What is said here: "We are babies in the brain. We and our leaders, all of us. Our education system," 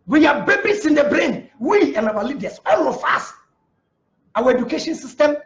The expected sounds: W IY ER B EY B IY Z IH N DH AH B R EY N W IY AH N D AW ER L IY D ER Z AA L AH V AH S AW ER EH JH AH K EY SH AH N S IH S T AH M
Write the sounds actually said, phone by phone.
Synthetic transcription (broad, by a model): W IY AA B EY B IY S IH N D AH B R EY N W IY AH N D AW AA L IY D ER S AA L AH F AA S AW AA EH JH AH K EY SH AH N S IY S T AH M